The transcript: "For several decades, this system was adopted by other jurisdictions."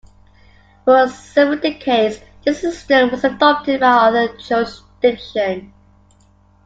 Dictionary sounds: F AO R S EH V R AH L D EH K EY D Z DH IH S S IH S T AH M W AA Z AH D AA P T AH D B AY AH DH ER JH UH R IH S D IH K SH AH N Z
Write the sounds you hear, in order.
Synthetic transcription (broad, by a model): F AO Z S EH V AH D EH K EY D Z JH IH S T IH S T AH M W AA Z AH D AA P T AH D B AY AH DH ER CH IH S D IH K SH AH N